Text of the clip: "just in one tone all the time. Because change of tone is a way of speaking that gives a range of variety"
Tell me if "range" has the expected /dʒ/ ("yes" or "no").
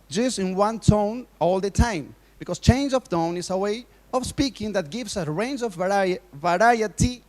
yes